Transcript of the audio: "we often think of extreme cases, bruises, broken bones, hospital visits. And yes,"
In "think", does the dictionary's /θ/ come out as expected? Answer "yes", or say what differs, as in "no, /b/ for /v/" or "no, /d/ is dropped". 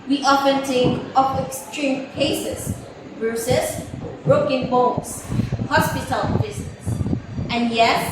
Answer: no, /t/ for /θ/